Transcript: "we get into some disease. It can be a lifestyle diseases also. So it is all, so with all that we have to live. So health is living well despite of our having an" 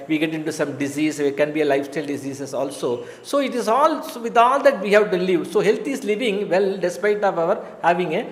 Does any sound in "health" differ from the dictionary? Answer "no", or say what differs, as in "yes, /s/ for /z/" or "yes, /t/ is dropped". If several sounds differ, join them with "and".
yes, /t/ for /θ/